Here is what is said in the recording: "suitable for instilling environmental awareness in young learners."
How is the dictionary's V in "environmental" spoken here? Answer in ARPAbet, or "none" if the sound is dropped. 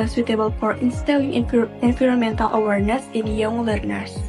F